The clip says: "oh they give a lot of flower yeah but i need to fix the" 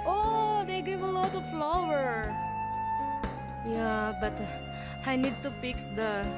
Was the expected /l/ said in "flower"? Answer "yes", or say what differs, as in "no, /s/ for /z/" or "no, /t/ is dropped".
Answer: yes